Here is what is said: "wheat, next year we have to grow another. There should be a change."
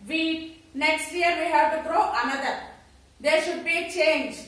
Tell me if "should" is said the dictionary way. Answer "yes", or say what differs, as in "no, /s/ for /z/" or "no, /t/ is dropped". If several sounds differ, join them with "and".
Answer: yes